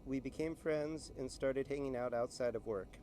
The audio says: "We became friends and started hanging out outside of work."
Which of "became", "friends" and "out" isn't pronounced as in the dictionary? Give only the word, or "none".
none